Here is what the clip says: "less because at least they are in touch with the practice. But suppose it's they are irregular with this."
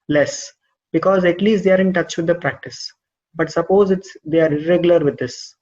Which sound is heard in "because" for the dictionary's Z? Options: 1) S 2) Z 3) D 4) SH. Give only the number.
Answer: 2